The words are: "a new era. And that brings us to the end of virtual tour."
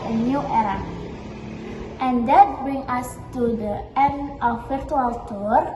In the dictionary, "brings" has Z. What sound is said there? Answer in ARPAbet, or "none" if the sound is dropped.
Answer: none